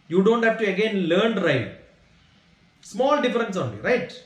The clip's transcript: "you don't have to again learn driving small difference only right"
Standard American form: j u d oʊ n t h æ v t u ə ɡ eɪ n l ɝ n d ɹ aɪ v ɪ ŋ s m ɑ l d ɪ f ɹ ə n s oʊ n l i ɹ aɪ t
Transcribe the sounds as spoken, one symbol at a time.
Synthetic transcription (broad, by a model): j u d oʊ n t h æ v t u ə ɡ eɪ n l ɝ n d ɹ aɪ ɪ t s m ɑ l d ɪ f ɹ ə n s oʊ n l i ɹ aɪ t